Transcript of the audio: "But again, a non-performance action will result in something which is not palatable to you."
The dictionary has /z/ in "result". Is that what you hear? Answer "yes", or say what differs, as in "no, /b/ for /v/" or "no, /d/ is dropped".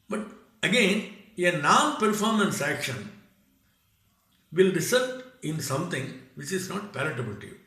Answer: no, /s/ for /z/